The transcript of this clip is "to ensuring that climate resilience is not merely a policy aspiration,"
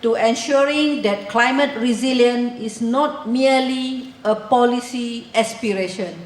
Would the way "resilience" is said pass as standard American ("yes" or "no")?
no